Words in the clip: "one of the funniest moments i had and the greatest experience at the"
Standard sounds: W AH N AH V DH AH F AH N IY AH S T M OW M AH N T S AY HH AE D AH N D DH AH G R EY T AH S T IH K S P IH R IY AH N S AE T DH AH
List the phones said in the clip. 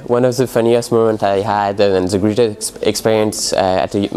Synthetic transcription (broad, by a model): W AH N AH V DH AH F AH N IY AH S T M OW M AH N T AY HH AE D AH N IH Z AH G R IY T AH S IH K S P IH R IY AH N S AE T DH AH